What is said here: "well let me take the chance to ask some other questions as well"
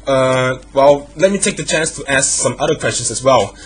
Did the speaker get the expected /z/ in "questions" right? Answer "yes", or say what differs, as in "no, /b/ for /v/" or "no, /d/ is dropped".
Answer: no, /s/ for /z/